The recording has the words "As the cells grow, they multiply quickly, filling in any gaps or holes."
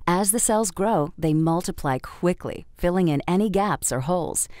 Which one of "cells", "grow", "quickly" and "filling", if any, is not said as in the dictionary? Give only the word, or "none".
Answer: none